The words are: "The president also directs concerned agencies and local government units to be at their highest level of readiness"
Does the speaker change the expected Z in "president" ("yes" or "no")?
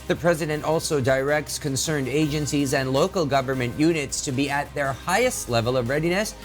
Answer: no